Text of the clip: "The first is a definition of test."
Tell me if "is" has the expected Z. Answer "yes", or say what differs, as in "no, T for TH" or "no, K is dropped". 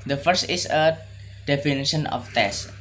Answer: no, S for Z